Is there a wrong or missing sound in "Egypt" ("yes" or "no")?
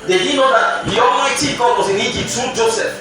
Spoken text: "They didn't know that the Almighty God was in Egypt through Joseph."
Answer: yes